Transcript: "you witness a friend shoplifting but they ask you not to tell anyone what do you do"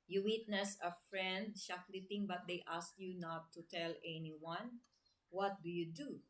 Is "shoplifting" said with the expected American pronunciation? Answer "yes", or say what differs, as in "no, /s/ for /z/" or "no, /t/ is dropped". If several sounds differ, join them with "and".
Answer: no, /f/ is dropped